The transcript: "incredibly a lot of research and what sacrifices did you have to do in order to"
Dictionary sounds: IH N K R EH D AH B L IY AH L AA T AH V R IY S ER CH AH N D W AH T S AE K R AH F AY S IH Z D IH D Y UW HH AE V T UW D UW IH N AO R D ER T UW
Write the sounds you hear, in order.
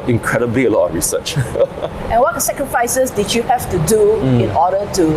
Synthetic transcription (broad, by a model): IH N K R EH D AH B L IY AH L AA T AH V R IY S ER CH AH N W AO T S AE K R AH F AY S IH S D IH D Y UW HH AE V T UW D UW IH N AO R D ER T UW